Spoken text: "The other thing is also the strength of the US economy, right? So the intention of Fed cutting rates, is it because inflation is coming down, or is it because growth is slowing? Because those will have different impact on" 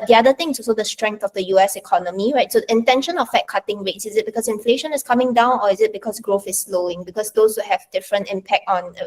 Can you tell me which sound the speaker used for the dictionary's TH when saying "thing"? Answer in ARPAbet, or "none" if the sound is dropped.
T